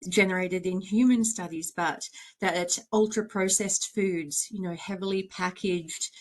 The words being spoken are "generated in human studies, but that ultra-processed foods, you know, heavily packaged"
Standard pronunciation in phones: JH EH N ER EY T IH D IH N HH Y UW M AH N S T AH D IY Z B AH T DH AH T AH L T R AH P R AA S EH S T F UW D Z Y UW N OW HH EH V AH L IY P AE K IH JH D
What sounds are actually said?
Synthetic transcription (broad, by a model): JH EH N ER EY T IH D IH N HH Y UW M AH N S T AH D IY Z B AH T DH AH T AH L T R AH P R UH S EH S T F UW D Z Y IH N OW HH EH V L IY P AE K IH JH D